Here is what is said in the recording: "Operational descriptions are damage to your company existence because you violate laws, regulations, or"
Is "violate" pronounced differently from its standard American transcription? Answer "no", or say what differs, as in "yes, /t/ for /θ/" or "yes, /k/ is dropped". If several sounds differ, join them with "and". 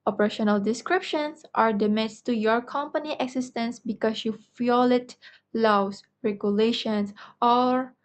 yes, /f/ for /v/